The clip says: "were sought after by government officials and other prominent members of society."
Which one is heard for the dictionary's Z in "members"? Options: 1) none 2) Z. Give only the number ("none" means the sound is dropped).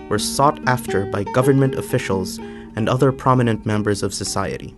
2